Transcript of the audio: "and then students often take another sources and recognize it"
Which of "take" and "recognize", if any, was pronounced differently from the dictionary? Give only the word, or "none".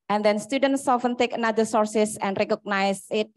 recognize